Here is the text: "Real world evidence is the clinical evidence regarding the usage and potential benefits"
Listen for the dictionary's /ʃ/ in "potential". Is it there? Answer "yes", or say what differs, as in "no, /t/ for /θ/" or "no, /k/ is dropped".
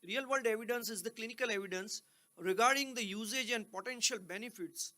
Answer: yes